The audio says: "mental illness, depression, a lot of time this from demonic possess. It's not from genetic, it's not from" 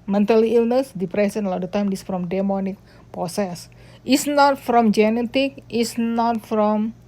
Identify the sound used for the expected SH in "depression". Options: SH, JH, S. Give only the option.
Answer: S